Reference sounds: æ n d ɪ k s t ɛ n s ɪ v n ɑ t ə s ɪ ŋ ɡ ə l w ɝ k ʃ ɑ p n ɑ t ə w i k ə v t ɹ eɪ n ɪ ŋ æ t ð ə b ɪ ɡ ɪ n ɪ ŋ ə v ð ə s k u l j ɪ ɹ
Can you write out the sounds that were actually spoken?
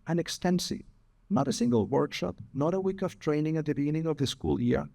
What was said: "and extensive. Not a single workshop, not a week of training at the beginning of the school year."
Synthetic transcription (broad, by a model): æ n ɪ k s t ɛ n s ɪ v n ɑ t ə s ɪ ŋ ɡ ə l w ɝ k ʃ ɑ p n ɑ t ə w i k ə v t ɹ eɪ n ɪ ŋ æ t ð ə b ɪ ɡ ɪ n ɪ ŋ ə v ð ə s k u l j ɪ ɹ